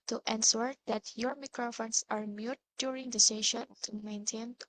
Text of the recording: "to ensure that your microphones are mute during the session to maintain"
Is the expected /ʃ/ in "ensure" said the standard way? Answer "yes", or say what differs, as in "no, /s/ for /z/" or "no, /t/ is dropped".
no, /s/ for /ʃ/